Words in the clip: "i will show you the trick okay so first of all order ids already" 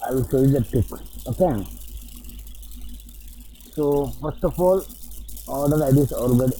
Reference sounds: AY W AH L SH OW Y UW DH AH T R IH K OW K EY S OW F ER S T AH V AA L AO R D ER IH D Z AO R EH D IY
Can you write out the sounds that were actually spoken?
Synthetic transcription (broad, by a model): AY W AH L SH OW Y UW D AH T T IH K OW K EY S OW F ER S T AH F AA L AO L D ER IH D S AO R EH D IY